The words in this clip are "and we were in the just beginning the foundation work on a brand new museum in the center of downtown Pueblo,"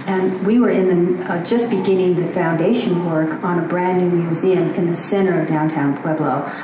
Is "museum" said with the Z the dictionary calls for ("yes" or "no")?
yes